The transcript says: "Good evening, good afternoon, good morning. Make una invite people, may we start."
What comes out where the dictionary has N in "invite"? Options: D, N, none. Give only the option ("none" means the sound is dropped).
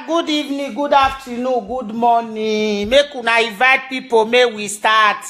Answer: none